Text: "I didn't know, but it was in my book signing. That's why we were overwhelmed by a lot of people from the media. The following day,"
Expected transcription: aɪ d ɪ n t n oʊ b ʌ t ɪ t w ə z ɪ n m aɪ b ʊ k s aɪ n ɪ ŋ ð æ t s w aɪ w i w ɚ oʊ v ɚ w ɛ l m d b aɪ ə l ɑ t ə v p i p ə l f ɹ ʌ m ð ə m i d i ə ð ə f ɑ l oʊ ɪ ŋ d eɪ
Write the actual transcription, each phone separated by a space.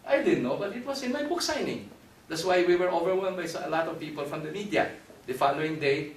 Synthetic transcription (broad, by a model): aɪ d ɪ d n oʊ b ʌ t ɪ t w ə s ɪ n m aɪ b ʊ k s aɪ n ɪ ŋ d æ t s w aɪ w i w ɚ oʊ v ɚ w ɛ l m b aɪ ə l ɑ t ə v p i p ə l f ɹ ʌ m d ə m i d i ə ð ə f ɑ l oʊ ɪ ŋ d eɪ